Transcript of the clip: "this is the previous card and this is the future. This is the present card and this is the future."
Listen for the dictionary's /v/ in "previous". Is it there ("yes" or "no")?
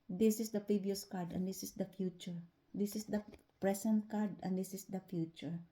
no